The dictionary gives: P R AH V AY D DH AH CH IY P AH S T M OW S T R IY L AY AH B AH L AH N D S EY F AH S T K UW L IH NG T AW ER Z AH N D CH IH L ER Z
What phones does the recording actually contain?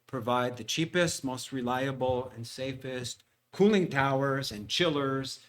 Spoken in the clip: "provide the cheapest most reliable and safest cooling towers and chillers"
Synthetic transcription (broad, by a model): P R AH V AY D DH AH CH IY P AH S T M OW S T R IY L AY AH B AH L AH N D S EY F AH S T K UW L IH NG T AW ER Z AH N CH IH L ER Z